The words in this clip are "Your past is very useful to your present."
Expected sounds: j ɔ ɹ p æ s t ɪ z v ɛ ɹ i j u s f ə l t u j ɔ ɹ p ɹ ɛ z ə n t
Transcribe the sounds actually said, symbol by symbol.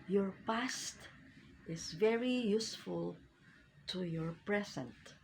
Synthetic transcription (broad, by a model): j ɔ ɹ p æ s t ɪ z v ɛ ɹ i j u s f ə l t u j ɔ ɹ p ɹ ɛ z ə n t